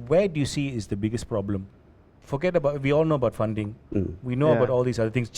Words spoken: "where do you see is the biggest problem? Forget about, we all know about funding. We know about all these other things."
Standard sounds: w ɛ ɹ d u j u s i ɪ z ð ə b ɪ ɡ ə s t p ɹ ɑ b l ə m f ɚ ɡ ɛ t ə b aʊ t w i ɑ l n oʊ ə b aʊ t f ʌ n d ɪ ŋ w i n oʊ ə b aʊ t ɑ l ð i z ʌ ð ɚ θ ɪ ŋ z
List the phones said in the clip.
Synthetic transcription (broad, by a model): w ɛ d u j u s i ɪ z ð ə b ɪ ɡ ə s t p ɹ ɑ b l ə m f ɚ ɡ ɛ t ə b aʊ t w i ɑ l n oʊ ə b aʊ t f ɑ n d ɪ ŋ w i n oʊ ə b aʊ t ɑ l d i s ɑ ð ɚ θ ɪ ŋ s